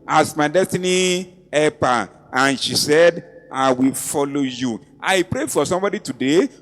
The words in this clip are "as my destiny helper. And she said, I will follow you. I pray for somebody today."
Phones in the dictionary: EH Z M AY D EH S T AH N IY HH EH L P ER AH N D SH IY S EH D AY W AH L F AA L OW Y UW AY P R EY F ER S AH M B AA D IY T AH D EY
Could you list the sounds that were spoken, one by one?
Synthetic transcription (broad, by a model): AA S M AY D EH S T AH N IY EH P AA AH N SH IY S EH D AY W AH L F AA L OW Y UW AY P R EY F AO S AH M B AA D IY T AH D EY